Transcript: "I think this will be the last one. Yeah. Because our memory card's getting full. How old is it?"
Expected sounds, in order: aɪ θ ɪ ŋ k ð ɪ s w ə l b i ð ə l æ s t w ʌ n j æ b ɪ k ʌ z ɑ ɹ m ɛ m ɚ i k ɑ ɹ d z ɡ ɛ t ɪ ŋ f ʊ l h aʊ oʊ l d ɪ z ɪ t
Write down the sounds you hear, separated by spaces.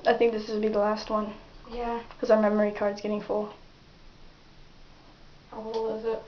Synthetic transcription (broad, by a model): aɪ θ ɪ ŋ k ð ɪ s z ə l b i ð ə l æ s t w ʌ n j æ k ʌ z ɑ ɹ m ɛ m ɚ i k ɑ ɹ d z ɡ ɛ t ɪ ŋ f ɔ h aʊ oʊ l ɪ z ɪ t